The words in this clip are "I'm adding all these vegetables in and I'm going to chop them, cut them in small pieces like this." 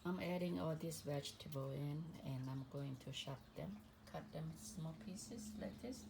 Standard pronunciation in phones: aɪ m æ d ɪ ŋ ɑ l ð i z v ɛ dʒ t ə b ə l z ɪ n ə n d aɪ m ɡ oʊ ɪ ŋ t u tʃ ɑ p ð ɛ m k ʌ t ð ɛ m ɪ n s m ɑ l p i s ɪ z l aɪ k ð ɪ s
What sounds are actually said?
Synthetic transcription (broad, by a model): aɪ m æ d ɪ ŋ ɑ l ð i s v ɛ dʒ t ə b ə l ɪ n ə n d aɪ m ɡ oʊ ɪ ŋ t u ʃ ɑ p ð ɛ m k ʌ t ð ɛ m s m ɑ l p i s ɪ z l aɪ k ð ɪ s